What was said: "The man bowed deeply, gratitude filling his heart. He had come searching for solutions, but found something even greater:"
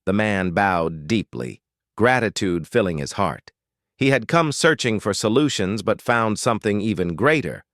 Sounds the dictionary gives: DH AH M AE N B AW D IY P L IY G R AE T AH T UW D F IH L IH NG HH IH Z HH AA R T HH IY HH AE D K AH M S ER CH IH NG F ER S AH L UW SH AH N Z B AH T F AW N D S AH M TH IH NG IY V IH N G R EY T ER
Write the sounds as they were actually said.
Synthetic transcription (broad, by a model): DH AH M AE N B AW D IY P L IY G R AE T AH T UW D F IH L IH NG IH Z HH AA R T HH IY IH D K AH M S ER CH IH NG F ER S AH L UW SH AH N Z B AH T F AW N D S AH M TH IH NG IY V IH N G R EY T ER